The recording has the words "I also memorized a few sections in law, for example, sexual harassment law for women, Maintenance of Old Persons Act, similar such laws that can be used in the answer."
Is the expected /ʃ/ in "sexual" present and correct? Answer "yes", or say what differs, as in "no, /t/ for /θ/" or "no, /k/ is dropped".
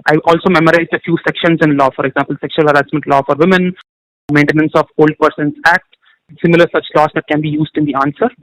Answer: yes